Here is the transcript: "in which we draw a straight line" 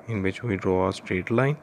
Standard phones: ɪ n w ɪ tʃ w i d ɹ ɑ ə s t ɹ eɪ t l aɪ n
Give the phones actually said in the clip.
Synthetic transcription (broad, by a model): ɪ n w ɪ tʃ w i d ɹ ɑ ə s t ɹ eɪ t l aɪ n